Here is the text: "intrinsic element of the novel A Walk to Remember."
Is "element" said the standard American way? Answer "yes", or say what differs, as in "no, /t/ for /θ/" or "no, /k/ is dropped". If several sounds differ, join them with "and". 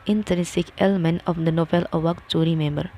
no, /t/ is dropped